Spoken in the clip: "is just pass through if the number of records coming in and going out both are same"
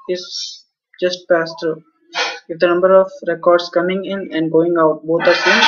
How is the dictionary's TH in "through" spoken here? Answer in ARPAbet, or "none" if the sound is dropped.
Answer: T